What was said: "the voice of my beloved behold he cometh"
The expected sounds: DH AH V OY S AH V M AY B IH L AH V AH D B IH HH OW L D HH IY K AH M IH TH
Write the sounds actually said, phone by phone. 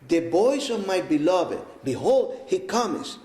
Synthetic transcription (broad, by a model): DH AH B OY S AH V M AY B IH L AH V AH D B IH HH OW L D HH IY K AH M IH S